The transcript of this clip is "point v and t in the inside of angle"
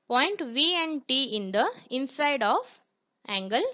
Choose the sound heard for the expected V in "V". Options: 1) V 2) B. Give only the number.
1